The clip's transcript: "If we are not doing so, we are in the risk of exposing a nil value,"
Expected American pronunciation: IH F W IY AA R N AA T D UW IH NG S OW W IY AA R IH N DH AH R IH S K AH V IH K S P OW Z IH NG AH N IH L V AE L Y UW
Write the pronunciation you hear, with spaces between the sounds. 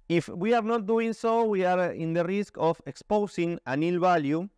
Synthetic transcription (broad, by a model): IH F W IY AA R N AA T D UW IH NG S OW W IY AA R IH N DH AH R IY S K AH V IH K S P OW S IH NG AH N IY L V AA L Y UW